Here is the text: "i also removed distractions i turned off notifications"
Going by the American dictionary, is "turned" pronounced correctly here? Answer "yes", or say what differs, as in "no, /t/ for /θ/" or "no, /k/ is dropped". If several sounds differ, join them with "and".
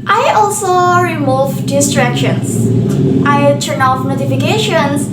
no, /d/ is dropped